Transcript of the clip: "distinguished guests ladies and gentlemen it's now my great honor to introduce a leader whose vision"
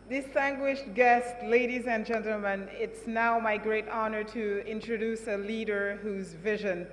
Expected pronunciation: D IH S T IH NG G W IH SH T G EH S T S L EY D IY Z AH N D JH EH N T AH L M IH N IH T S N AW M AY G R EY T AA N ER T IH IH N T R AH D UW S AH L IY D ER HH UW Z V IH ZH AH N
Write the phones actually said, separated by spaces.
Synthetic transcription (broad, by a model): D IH S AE NG G W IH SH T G EH S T L EY D IY Z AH N JH EH N T L M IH N IH T S N AW M AY G R EY T AA N ER T IH IH N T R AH D UW S AH L IY D ER HH UW Z V IH ZH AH N